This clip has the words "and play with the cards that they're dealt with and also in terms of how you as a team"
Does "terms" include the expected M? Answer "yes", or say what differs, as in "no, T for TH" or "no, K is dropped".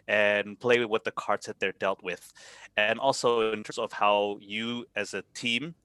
no, M is dropped